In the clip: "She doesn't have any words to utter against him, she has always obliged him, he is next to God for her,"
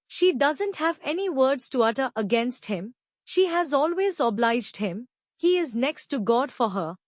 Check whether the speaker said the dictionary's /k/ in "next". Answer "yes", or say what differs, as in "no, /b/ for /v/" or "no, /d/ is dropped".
yes